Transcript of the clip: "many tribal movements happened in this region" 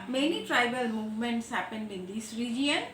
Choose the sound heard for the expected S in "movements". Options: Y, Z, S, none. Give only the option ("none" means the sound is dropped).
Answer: S